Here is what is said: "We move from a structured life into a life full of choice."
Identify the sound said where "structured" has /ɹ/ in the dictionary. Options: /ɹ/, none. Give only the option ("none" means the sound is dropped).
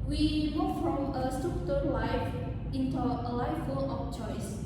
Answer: none